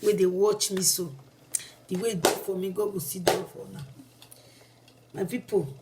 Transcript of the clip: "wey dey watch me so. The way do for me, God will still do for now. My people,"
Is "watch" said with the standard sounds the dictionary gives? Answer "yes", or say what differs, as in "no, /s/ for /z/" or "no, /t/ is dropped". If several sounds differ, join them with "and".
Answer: yes